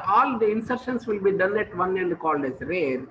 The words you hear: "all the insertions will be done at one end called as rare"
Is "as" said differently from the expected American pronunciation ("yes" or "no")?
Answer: yes